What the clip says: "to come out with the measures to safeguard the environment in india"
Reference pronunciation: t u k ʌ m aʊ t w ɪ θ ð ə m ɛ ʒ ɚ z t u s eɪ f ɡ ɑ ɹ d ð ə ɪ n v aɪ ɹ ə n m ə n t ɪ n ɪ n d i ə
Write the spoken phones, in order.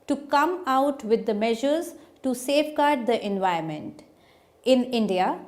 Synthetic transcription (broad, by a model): t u k ʌ m aʊ t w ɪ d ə m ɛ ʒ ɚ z t u s eɪ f ɡ ɑ ɹ d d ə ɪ n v aɪ ə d m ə n t ɪ n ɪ n d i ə